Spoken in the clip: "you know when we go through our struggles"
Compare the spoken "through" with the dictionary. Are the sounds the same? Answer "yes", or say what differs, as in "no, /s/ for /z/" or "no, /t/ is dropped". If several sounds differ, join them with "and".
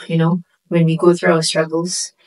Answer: yes